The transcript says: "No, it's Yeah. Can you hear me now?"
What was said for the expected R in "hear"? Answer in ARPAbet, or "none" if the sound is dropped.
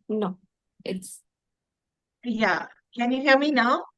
L